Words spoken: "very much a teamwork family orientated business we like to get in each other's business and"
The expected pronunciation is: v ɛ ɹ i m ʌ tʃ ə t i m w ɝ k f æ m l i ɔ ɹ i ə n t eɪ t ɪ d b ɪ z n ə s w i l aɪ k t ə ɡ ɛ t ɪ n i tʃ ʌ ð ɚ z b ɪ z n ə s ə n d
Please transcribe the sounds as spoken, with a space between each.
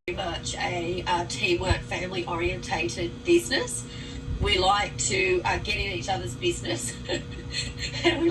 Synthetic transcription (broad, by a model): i m ʌ tʃ ə t i m w ɝ k f æ m l i ɔ ɹ i ə n t eɪ t ɪ d b ɪ z n ə s w i l aɪ k t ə ɡ ɛ t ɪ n i tʃ ʌ ð ɚ z b ɪ z n ə s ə n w